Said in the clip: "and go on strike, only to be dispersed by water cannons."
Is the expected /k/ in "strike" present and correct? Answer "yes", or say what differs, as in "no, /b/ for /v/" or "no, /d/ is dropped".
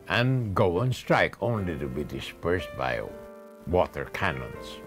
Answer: yes